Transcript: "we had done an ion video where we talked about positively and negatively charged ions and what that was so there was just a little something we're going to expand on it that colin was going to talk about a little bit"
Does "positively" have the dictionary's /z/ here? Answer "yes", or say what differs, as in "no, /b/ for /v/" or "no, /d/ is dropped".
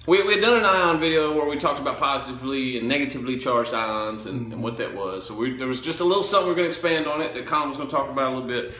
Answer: yes